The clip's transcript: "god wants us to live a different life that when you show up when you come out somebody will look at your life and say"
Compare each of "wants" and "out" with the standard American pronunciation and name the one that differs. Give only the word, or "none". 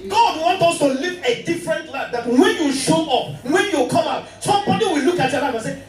wants